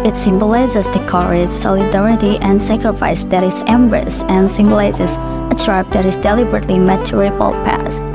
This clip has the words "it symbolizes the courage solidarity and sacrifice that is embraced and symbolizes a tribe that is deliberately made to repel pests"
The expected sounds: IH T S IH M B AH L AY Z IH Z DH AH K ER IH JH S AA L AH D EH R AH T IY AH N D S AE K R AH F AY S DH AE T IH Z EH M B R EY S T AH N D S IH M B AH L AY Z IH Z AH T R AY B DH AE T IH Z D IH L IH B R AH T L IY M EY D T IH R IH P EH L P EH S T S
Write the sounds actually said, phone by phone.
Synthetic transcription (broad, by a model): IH T S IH M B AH L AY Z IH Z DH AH K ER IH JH S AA L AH D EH R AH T IY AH N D S AE K R AH F AY S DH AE T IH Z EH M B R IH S AH N S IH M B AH L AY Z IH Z AH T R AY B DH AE T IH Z D IH L IH B R AH T L IY M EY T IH R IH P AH L P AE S S